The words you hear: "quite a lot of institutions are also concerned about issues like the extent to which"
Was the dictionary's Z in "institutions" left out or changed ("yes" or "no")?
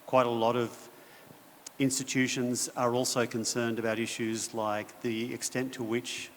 no